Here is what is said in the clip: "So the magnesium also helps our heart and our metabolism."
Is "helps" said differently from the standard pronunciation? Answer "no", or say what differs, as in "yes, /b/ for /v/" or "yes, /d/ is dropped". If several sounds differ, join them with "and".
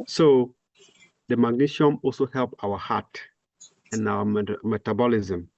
yes, /s/ is dropped